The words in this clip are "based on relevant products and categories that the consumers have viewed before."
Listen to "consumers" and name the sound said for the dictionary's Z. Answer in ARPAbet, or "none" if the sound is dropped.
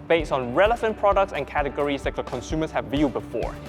S